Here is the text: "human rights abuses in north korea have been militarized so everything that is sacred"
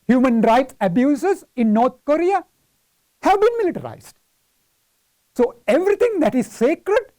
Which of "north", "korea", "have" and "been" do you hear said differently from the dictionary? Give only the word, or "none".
north